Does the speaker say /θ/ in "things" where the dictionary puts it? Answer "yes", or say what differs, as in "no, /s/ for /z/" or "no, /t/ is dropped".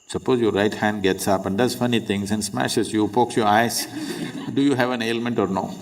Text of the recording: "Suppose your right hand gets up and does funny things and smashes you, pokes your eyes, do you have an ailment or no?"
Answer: no, /t/ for /θ/